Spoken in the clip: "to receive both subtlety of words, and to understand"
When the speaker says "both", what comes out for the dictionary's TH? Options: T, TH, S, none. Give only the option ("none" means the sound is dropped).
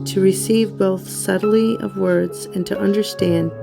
TH